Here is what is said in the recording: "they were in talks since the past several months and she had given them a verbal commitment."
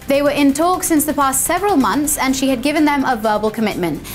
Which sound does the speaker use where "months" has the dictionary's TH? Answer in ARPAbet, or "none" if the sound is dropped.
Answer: TH